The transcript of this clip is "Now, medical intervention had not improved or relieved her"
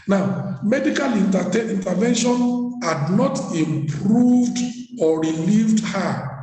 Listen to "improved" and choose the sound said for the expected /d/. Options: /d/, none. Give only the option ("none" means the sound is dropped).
/d/